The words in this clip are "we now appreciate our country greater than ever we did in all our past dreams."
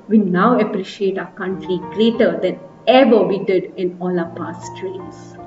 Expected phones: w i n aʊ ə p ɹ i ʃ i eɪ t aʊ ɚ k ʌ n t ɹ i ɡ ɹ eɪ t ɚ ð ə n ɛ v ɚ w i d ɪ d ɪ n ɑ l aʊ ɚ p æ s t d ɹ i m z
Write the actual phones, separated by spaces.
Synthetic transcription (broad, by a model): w i n aʊ ə p ɹ i ʃ i eɪ t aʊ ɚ k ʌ n t ɹ i ɡ ɹ eɪ t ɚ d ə n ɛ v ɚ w i d ɪ d ɪ n ɑ l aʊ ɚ p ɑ s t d ɹ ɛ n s